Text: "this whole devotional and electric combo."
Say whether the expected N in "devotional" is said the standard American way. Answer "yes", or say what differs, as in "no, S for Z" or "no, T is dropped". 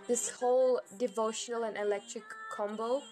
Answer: yes